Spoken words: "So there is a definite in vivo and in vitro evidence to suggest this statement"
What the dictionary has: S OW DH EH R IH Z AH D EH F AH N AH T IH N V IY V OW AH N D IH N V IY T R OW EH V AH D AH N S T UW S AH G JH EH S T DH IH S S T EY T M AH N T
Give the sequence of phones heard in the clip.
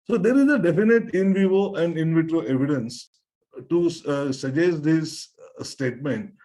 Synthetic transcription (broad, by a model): S OW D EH R IH Z AH D EH F AH N AH T IH N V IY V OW AH N D IH N V IY T R OW EH V AH D AH N S T UW S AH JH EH S T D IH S S T EY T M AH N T